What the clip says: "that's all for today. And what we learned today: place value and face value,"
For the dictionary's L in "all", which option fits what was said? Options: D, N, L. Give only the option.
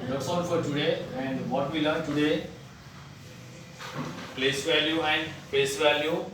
N